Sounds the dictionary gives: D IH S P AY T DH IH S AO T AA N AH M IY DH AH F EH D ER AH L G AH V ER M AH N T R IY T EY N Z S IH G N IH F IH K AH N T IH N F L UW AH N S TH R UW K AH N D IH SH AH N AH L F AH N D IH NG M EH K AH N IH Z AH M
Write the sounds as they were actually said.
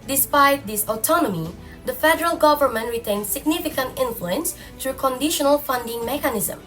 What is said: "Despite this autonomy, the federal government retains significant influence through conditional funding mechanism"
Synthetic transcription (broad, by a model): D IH S P AY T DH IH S AO T AA N AH M IY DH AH F EH D ER AH L G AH V ER M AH N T R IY T EY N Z S IH G N IH F IH K AH N T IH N F L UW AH N S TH R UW K AH N D IH SH AH N AH L F AH N D IH NG M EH K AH N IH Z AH M